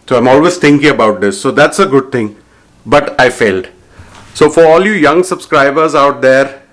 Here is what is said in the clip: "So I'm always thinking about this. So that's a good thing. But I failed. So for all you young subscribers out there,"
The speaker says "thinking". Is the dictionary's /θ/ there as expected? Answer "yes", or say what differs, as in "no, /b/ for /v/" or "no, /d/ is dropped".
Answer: no, /t/ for /θ/